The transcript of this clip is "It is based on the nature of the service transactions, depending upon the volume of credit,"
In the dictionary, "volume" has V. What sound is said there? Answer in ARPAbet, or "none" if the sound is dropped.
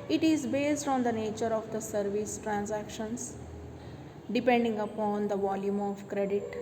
V